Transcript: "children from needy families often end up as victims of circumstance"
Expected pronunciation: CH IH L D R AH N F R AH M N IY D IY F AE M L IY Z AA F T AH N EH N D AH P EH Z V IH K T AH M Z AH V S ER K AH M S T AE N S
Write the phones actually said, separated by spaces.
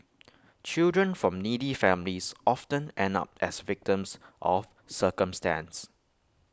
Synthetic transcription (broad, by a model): CH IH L D R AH N F R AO M N IY D IY F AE M L IY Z AA F T AH N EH N AH P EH S V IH K T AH M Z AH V S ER K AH M S T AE N S